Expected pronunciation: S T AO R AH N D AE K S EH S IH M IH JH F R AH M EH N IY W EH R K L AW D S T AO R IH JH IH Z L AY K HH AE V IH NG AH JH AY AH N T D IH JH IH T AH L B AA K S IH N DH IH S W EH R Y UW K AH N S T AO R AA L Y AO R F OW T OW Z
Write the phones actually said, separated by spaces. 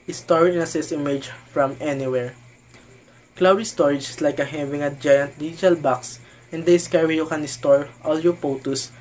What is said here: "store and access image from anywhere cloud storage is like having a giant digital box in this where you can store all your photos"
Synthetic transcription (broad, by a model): S T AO R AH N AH S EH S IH M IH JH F R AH M EH N IY W EH R K L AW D S T AO R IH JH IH S L AY K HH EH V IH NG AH JH AY AH N T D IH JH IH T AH L B AA K S IH N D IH S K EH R Y UW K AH N S T AO R AA L Y AO R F OW T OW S